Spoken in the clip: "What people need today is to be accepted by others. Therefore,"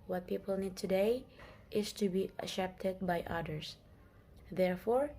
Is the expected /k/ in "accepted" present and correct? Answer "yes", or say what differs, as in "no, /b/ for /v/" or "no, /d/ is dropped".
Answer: no, /k/ is dropped